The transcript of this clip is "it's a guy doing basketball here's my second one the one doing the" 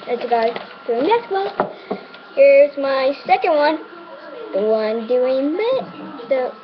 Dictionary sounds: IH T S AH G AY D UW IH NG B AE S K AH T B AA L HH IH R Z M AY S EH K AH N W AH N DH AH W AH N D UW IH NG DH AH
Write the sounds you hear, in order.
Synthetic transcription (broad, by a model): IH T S AH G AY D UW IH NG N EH K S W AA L HH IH R Z M AY S EH K AH N W AH N DH AH W AH N D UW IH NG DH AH